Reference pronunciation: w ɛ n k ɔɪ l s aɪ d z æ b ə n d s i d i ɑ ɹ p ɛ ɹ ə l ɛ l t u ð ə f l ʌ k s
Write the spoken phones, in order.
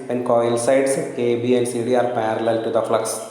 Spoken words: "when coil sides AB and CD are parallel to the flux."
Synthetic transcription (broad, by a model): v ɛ n k ɔɪ l s aɪ d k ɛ b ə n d s i d i ɑ ɹ p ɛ ɹ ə l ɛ l t u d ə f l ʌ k s